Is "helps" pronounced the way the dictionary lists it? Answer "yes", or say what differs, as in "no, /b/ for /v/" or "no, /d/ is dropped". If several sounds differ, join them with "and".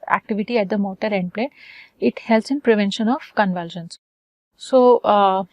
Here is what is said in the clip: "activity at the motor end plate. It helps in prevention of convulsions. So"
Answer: no, /p/ is dropped